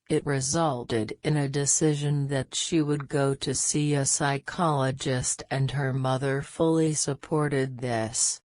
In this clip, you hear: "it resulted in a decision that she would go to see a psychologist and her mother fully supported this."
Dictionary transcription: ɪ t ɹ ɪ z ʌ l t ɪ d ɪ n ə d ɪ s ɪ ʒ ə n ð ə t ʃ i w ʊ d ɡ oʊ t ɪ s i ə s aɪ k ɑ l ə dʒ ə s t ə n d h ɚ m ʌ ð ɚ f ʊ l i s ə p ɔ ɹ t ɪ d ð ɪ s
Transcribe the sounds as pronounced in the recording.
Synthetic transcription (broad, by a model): ɪ t ɹ ɪ z ʌ l t ɪ d ɪ n ə d ɪ s ɪ ʒ ə n ð ə t ʃ i w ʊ d ɡ oʊ t ɪ s i ə s aɪ k ɑ l ə dʒ ə s t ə n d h ɚ m ʌ ð ɚ f ʊ l i s ə p ɔ ɹ t ɪ d ð ɪ s